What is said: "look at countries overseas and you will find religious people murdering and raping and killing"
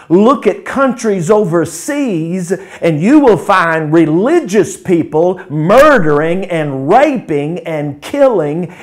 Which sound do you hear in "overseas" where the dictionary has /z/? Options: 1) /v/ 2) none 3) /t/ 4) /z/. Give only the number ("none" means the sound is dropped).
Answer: 4